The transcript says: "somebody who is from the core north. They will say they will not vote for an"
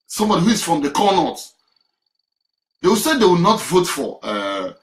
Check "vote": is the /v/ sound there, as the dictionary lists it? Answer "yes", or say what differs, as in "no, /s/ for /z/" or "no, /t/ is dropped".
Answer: yes